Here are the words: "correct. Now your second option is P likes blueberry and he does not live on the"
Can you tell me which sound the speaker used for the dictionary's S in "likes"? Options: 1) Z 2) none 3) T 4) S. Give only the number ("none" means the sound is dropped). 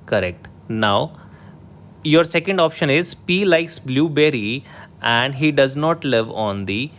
4